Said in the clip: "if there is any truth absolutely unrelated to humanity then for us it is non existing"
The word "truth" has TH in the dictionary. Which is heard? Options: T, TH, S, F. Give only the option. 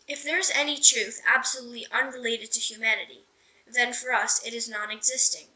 TH